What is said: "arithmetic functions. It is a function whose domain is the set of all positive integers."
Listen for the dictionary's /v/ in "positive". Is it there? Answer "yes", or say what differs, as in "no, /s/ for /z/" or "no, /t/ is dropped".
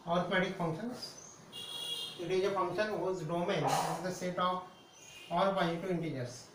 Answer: no, /v/ is dropped